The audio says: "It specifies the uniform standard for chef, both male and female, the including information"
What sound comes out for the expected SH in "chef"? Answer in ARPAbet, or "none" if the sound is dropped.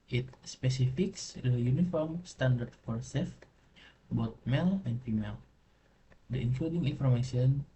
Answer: S